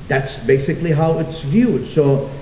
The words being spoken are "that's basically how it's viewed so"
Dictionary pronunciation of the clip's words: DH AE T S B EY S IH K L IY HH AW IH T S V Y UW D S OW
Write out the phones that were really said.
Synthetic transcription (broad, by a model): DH AE T S B EY S IH K L IY HH AW IH T S V Y UW D S OW